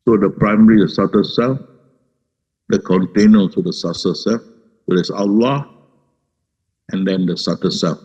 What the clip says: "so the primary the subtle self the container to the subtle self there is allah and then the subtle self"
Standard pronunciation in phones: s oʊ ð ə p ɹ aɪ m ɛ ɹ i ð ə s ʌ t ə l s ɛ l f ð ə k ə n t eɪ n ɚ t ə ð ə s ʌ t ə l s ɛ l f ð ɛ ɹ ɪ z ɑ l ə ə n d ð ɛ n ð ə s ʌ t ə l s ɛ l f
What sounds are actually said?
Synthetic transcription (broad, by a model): s oʊ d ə p ɹ aɪ m ɛ ɹ i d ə s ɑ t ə s ɛ l f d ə k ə n t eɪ n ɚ s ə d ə s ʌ s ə s ɛ l f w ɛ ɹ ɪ s ɑ l ə ə n d ɛ n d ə s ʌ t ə s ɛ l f